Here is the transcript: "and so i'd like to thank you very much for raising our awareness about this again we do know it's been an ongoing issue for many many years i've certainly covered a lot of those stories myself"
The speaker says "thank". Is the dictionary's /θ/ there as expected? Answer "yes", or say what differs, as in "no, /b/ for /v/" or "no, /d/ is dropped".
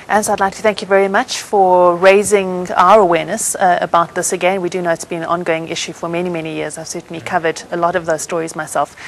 yes